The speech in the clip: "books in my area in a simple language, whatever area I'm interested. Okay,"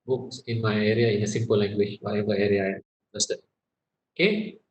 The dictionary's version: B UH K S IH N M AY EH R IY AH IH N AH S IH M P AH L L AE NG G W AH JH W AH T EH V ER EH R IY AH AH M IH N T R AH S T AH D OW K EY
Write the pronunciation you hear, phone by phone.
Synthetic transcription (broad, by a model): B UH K S IH N M AY EH R IY AH IH N AH S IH M P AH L L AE NG G W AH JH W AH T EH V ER EH R IY AH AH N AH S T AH OW K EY